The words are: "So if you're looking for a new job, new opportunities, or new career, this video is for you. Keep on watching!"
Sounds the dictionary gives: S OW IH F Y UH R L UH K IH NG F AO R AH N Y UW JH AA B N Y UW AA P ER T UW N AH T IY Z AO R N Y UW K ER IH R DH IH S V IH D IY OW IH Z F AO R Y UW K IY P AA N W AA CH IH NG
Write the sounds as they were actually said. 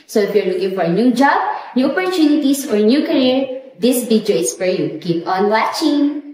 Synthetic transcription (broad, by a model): S OW IH F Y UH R L UH K IH NG F AO R AH N Y UW JH AA B N Y UW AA P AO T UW N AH T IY S AO R N Y UW K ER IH R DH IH S B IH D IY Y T S F AO R Y UW K IY P AA N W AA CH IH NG